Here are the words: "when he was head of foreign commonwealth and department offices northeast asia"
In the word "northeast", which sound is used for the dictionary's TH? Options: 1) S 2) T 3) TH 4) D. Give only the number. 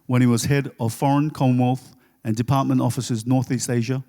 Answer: 3